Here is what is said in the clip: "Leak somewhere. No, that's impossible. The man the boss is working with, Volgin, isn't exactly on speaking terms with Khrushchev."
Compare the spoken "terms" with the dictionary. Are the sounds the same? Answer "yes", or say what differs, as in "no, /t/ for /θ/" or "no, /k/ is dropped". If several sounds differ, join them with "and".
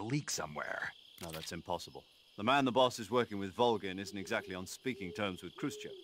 yes